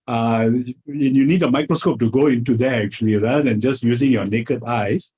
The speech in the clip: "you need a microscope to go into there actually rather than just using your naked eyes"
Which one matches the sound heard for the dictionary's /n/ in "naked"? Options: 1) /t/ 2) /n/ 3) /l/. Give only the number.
2